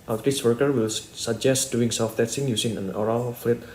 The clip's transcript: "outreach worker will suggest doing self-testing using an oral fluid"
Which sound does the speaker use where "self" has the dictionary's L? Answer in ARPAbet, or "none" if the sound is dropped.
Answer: none